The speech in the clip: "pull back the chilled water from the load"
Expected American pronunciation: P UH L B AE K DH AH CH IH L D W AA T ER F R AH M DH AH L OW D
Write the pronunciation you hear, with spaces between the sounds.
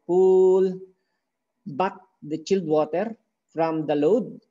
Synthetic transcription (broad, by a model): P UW L B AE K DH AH CH IH L D W AA T ER F R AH M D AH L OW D